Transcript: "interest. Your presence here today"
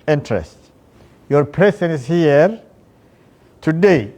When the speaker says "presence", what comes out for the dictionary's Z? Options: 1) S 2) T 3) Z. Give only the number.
1